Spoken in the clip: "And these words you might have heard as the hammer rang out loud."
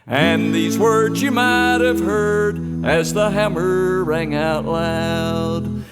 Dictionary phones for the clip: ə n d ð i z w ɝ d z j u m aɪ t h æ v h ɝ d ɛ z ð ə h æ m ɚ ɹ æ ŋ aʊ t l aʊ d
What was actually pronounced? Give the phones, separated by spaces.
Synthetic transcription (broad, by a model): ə n ð i z w ɝ d z j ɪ m aɪ t h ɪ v h ɝ d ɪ z ð ə h æ m ɚ ɹ æ ŋ aʊ t l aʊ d